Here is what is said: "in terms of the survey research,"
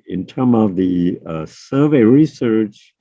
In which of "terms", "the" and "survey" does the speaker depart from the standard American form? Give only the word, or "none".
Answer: terms